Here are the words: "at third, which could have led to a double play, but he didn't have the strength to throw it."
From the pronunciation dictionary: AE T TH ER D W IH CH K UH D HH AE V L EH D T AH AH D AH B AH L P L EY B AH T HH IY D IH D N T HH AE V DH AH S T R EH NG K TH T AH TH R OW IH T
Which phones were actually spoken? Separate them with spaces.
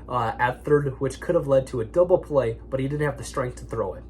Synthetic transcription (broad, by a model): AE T TH ER D W IH CH K UH D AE V L EH D T AH AH D AH B L P L EY B AH T HH IY D IH D N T HH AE V DH AH S T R EH NG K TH T AH TH R OW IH T